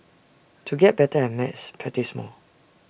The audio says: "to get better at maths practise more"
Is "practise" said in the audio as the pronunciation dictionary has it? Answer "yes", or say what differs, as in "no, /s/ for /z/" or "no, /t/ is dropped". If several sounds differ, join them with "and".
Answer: no, /k/ is dropped